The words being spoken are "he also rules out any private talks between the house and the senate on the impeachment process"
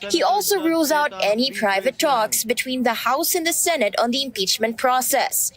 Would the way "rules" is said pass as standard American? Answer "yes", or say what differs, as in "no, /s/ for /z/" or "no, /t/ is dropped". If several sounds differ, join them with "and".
yes